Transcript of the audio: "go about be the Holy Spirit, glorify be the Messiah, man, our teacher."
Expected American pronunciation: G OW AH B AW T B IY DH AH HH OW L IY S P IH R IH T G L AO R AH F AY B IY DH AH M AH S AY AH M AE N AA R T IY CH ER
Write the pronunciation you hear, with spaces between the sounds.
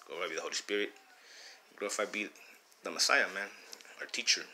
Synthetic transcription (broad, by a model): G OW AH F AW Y B IY DH AH HH OW L IY S P IH R IH T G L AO AH F AY B IY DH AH M AH S AY AH M AE N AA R T IY CH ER